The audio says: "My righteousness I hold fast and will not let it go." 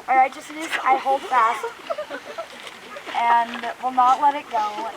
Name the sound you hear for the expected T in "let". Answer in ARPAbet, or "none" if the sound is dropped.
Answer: T